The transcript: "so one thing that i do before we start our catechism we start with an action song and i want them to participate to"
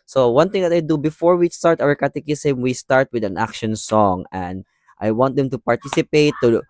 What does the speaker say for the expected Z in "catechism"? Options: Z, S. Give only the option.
S